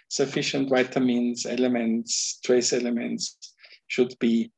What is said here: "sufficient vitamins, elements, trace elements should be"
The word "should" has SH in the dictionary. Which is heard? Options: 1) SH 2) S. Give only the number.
1